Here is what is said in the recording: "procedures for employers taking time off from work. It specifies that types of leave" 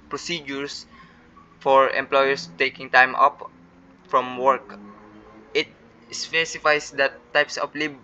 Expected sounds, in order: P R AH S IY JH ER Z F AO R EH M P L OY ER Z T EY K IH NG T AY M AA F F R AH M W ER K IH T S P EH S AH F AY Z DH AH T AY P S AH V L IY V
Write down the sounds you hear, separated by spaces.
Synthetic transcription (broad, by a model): P R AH S IY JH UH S F AO R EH M P L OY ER S T EY K IH NG T AY M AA P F R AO M W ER K IH T S P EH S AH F AY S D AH T AY P S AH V L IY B